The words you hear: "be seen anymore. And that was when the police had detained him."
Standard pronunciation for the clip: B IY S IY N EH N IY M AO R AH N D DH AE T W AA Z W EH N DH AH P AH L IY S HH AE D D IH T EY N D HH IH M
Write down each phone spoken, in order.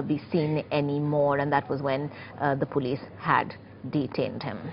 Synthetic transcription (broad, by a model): B IY S IY N EH N IY M AO R AH N D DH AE T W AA Z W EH N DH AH P AH L IY S HH AE D D IH T EY N D HH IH M